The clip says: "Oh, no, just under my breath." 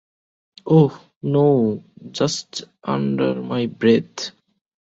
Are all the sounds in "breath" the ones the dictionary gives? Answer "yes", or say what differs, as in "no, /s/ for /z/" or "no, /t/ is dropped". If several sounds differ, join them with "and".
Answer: no, /t/ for /θ/